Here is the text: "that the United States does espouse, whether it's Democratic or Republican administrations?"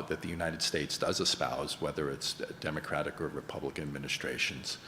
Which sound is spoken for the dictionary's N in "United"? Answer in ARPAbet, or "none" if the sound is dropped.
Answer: N